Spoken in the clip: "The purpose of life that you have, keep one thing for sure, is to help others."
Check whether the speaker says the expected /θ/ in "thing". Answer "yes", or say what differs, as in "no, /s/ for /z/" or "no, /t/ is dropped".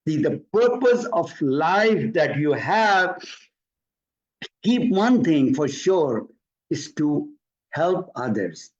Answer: no, /t/ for /θ/